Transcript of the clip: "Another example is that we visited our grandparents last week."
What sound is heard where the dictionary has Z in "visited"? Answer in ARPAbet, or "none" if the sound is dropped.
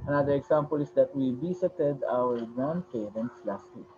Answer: S